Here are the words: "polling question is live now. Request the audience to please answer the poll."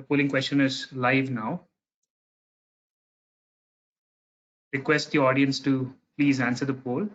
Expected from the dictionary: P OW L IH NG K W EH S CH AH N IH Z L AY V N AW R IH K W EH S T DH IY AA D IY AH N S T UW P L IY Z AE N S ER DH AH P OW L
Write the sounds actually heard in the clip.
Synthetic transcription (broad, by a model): P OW L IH NG K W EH S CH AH N IH Z L AY V N AW R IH K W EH S T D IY AA D IY AH N S T UW P L IY Z AE N S ER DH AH P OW L